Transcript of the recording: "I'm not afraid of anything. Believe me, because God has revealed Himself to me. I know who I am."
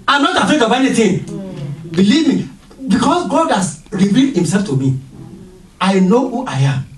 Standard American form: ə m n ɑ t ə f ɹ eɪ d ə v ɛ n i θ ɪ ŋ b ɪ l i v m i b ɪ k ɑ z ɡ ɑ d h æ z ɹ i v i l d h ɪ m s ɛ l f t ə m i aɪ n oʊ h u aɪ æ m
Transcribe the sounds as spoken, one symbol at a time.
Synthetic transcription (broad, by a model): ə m n ɑ t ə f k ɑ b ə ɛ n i t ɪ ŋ b ɪ l i v m i b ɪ k ɑ s ɡ ɑ d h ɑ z ɹ i v i l d h ɪ m s ɛ l f t ə m i aɪ n oʊ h u aɪ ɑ m